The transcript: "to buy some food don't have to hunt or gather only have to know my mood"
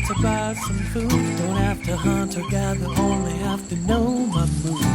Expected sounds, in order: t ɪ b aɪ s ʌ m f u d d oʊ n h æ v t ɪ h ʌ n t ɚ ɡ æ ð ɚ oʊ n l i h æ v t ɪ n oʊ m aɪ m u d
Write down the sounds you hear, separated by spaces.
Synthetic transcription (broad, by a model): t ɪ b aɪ s ʌ m f u d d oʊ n h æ f t ɪ h ʌ n t ɚ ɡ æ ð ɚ oʊ n l i h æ f t ɪ n oʊ m aɪ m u